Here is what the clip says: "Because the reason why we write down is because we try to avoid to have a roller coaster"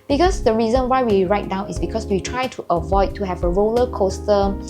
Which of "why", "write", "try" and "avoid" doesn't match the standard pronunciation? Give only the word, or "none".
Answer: none